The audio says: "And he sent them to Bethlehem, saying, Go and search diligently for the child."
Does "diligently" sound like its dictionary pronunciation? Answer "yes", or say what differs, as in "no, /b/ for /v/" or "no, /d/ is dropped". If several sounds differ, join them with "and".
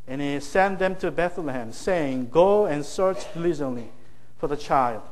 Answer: no, /z/ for /dʒ/